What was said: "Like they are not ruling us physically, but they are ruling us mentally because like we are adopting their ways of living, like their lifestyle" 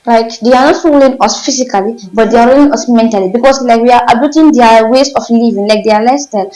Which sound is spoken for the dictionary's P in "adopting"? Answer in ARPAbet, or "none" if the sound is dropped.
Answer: none